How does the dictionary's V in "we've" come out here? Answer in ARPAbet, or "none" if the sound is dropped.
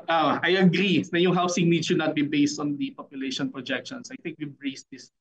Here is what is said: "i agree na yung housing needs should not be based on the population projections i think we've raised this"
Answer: B